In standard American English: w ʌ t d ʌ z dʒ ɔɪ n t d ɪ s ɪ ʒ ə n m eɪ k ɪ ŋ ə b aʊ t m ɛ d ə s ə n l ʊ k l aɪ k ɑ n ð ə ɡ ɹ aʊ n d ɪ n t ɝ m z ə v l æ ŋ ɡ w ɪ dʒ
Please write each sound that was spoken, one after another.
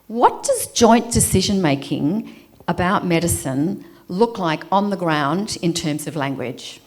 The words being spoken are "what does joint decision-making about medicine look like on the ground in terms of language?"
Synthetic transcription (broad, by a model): w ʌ t d ʌ z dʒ ɔɪ n d ɪ s ɪ ʒ ə n m eɪ k ɪ ŋ ə b aʊ t m ɛ d ə s ə n l ʊ k l aɪ k n ð ə ɡ ɹ aʊ n d ɪ n t ɝ m z ə v l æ ŋ ɡ w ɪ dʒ